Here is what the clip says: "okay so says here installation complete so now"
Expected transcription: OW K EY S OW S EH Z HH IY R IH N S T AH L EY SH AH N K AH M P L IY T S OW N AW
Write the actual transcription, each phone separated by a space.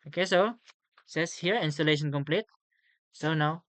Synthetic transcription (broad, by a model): OW K EY S OW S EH S HH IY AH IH N S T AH L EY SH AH N K AH M P L IY T S OW N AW